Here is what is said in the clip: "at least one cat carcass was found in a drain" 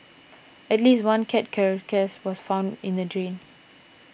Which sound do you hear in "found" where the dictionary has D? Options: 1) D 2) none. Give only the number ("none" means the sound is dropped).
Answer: 1